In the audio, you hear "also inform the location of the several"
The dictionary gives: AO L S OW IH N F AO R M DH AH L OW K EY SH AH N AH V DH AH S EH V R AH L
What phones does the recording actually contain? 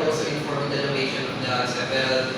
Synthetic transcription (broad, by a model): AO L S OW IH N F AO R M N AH N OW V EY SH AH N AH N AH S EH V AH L